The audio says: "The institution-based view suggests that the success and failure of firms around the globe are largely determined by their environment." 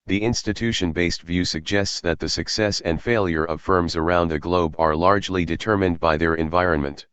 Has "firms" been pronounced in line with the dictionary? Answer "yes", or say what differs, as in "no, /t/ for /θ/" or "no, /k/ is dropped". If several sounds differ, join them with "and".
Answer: yes